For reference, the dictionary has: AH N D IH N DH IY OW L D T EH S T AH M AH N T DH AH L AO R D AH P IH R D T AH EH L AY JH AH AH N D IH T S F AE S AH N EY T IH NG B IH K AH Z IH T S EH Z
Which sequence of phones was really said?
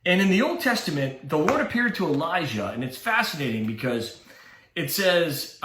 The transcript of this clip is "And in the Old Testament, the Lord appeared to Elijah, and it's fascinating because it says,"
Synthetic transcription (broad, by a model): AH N IH N DH IY OW L D T EH S T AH M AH N DH AH W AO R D AH P IH R D T AH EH L AY ZH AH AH N IH T S F AE S AH N EY T IH NG B IH K AH Z IH T S EH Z